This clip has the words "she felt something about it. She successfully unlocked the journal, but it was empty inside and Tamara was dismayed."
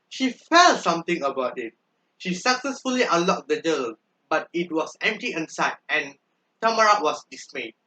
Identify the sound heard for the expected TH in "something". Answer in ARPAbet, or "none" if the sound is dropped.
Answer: T